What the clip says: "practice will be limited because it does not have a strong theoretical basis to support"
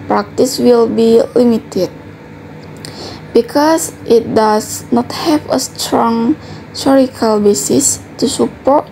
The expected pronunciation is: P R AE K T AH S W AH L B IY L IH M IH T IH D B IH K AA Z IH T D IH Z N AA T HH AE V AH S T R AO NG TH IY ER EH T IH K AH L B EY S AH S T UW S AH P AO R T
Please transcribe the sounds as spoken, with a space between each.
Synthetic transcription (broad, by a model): P R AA K T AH S W AH L B IY L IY M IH T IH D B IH K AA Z IH T D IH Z N AA T HH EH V AH S T R AO NG S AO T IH K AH L B EY S AH S T UW S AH P AO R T